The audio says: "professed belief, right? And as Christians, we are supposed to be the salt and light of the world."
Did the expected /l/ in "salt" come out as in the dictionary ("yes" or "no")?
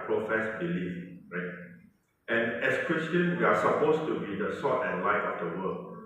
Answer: no